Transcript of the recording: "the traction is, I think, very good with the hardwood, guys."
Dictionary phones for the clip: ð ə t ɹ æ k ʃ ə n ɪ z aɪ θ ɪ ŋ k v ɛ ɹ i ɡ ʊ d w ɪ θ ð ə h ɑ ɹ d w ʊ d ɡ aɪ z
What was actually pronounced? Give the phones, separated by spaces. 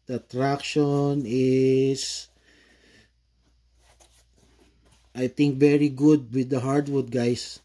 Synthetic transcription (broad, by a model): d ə t ɹ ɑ k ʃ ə n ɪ s aɪ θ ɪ ŋ k v ɛ ɹ i ɡ ʊ d w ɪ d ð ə h ɑ ɹ d w ʊ d ɡ aɪ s